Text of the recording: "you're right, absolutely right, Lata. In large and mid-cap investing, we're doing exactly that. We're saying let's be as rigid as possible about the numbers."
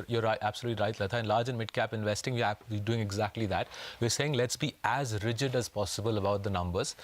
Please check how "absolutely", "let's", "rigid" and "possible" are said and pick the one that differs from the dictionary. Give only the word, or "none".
none